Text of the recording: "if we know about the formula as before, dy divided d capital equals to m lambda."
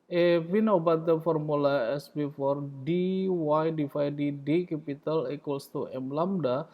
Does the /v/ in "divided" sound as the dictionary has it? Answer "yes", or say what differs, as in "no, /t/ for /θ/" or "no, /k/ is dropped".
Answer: no, /f/ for /v/